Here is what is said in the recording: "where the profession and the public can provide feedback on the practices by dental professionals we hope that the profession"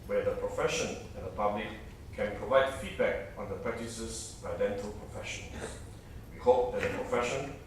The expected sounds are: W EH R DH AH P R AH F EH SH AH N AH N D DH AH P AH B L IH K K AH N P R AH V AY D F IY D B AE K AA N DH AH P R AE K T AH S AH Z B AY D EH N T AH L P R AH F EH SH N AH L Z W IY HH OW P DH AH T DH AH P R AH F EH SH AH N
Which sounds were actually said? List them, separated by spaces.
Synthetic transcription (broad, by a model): W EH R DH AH P R AH F EH SH AH N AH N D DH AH P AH B L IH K K AH N P R AH V AY D F IY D B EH K AA N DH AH P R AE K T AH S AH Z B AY D EH N T AH L P R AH F EH SH AH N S W IY HH OW P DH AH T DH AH P R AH F EH SH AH N